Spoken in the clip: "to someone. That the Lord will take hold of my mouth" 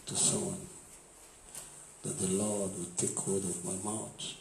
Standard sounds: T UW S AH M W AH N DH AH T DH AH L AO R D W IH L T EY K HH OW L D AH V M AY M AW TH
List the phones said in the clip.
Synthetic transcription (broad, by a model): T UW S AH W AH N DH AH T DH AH L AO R D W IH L T EY K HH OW D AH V M AY M AW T